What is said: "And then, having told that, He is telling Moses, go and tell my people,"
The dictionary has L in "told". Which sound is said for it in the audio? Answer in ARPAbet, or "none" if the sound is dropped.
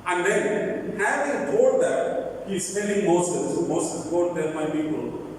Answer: none